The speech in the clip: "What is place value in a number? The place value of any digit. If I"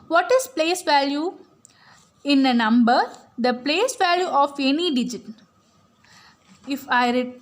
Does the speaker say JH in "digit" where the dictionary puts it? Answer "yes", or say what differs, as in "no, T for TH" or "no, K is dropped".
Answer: yes